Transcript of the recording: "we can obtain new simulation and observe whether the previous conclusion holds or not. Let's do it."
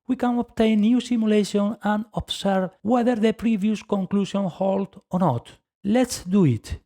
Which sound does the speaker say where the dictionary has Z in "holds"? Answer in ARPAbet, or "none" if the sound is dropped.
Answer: none